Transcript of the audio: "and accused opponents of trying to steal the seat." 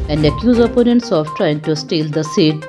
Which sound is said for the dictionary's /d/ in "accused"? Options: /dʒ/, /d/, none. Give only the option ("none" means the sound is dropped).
none